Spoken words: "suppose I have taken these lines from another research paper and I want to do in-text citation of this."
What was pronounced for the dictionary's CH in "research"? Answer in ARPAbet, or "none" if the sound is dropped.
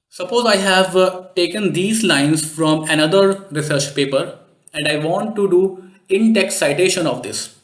CH